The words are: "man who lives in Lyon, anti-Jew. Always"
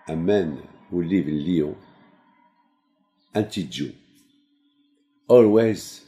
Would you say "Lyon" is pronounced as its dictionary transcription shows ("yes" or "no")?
no